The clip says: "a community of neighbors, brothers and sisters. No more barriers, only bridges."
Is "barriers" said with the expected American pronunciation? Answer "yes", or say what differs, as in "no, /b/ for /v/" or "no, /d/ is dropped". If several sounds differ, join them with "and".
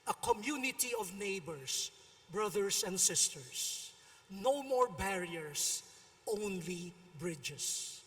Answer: no, /s/ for /z/